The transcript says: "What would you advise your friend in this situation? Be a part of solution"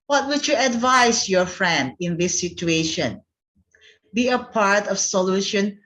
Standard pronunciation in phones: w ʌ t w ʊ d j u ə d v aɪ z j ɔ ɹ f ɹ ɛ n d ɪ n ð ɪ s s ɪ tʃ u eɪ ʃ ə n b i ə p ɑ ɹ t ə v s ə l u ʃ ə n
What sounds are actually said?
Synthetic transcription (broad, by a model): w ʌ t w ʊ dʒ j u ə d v aɪ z j ɔ ɹ f ɹ ɛ n d ɪ n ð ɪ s s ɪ tʃ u eɪ ʃ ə n b i ə p ɑ ɹ t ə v s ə l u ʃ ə n